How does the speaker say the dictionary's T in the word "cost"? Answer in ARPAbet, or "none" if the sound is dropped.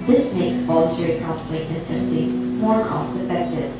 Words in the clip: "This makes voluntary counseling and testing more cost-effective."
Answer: T